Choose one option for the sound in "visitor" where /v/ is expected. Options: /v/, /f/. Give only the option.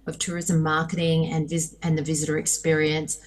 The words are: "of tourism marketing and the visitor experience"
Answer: /v/